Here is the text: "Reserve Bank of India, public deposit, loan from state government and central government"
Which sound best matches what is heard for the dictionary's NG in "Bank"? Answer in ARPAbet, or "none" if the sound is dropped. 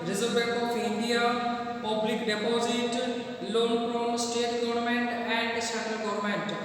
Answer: none